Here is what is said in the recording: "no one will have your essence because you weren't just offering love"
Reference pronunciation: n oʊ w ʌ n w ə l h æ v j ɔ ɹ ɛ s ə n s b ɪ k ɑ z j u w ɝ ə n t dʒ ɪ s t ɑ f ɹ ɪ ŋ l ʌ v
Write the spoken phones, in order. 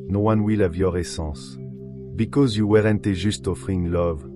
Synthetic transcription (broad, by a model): n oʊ w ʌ n w ə l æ v j ɔ ɹ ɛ s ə s b ɪ k ɑ z j u w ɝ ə n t ʒ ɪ s t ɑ f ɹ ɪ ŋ l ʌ v